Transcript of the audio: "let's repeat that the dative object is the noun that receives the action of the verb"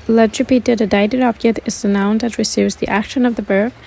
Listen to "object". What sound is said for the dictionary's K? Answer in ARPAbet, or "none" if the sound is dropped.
none